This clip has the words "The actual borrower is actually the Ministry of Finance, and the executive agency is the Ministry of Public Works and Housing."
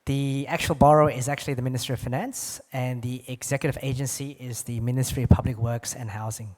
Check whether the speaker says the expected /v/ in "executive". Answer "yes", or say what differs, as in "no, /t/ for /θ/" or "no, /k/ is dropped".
yes